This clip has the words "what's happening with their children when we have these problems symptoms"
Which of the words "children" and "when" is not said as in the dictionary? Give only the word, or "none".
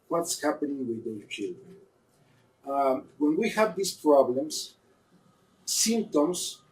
none